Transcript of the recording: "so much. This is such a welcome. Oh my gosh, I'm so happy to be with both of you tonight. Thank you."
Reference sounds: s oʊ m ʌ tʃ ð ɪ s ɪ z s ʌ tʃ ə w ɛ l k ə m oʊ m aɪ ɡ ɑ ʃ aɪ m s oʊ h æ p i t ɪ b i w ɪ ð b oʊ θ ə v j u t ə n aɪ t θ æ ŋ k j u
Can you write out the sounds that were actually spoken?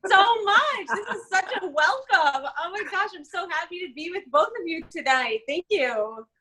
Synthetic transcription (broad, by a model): s oʊ m ʌ tʃ ð ɪ s ɪ z s ʌ tʃ ə w ɛ l k ə m oʊ m aɪ ɡ ɑ ʃ aɪ m s oʊ h æ p i t ɪ b i w ɪ ð b oʊ θ ə v j u t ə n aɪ t θ æ ŋ k j u